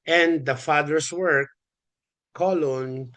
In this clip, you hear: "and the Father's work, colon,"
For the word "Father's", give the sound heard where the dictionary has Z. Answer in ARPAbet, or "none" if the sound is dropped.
S